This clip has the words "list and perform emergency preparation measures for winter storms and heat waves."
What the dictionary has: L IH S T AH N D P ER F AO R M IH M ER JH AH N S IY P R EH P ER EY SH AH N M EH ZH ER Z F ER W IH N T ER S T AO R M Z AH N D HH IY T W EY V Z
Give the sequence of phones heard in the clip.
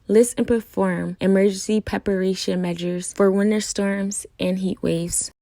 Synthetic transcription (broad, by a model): L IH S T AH N P ER F AO R M IH M ER JH AH N S IY P R EH P ER EY SH AH N M EH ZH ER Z F ER W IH N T ER S T AO R M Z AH N HH IY T W EY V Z